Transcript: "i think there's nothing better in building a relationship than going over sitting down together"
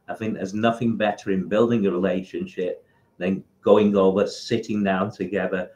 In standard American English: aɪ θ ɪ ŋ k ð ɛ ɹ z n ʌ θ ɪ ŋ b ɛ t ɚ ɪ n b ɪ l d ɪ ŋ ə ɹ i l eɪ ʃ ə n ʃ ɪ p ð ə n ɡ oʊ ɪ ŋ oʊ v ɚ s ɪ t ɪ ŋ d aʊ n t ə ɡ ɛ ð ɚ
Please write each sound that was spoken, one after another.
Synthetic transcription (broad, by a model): aɪ θ ɪ ŋ k ð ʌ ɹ z n ʌ θ ɪ ŋ b ɛ t ɚ ɪ n b ɪ l d ɪ ŋ ə ɹ i l eɪ ʃ ə n ʃ ɪ p ð ə n ɡ oʊ ɪ ŋ oʊ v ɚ s ɪ t ɪ ŋ d aʊ n t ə ɡ ɛ ð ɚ